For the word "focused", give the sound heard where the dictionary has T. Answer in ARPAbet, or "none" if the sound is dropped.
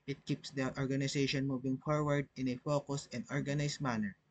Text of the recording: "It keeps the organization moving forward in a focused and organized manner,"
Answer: none